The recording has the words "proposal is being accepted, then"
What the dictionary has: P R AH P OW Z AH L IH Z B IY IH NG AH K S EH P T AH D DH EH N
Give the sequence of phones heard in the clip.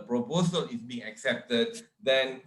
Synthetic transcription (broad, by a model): P R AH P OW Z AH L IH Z B IY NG AH K S EH P T AH D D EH N